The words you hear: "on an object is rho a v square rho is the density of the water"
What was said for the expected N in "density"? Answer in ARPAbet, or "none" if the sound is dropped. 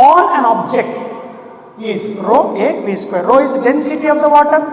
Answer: N